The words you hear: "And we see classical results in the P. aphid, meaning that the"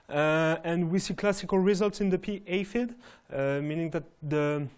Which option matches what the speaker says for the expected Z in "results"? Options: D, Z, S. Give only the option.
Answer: Z